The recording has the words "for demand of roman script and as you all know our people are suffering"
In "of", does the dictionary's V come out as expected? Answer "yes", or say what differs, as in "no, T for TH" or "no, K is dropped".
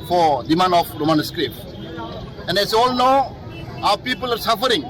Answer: no, P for V